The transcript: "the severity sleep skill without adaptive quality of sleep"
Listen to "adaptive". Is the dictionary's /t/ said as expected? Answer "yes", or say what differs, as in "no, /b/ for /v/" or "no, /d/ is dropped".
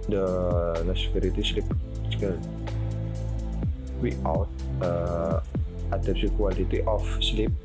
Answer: no, /s/ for /t/